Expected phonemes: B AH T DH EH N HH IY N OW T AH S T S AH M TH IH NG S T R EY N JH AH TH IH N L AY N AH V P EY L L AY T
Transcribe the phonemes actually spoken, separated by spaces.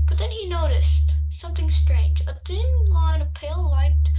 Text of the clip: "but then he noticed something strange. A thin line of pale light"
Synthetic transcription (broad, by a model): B AH T DH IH N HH IY N OW T AH S T S AH M TH IH NG S T R EY N JH AH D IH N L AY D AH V P EY L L AY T